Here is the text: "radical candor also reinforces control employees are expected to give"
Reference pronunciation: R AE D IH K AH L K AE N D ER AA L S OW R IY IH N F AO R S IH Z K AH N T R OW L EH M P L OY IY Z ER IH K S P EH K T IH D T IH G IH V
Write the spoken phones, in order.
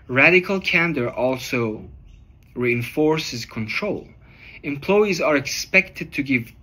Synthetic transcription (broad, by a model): R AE D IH K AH L K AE N D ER AA L S OW R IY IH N F AO R S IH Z K AH N T R OW L EH M P L OY IY Z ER IH K S P EH K T IH D T IH G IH V